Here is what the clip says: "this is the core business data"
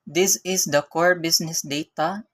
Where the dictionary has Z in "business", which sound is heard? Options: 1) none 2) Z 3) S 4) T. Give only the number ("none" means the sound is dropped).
3